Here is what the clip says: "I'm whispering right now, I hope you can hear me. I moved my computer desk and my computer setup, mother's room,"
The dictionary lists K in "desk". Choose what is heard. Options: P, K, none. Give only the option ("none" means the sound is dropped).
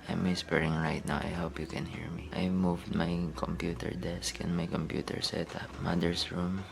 K